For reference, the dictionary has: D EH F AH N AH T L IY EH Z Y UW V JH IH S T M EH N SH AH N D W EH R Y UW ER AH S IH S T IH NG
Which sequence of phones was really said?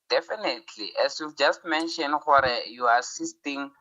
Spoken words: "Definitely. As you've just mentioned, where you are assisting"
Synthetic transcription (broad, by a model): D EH F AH N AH T L IY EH S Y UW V JH IH S T M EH N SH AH N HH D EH Y UW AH S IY S T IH NG